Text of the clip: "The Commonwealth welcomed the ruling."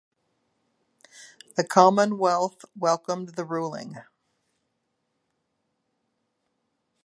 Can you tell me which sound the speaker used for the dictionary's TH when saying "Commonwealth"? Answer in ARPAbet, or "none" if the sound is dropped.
TH